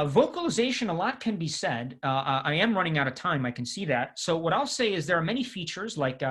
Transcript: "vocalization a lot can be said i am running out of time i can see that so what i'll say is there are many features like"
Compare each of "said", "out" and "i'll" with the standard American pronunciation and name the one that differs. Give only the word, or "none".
none